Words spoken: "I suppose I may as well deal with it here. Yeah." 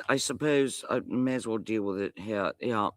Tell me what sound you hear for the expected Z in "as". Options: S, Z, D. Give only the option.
Z